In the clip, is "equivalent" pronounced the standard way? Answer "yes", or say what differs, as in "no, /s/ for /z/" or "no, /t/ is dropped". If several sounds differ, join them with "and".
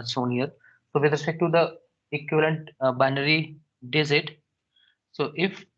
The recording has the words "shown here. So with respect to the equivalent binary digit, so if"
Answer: yes